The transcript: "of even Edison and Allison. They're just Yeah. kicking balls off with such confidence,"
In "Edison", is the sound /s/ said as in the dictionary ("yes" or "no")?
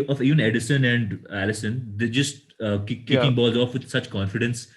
yes